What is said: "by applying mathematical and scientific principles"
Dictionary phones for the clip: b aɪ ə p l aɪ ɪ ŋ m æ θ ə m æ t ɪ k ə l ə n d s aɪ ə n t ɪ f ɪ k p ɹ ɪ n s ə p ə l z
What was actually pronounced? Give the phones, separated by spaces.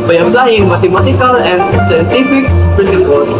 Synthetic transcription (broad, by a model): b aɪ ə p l aɪ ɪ ŋ m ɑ t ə m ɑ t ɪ k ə l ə n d s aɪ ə n t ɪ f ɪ k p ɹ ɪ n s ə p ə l